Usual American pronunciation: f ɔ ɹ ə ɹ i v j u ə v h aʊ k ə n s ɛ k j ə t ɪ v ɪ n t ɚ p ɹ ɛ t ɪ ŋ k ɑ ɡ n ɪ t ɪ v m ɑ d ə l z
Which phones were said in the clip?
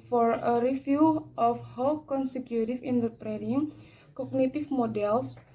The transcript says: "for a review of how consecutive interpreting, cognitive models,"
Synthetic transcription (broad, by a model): f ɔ ɹ ə ɹ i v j u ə f h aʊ k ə n s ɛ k j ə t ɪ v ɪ n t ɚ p ɹ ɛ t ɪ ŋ k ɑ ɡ n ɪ t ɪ f m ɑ d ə l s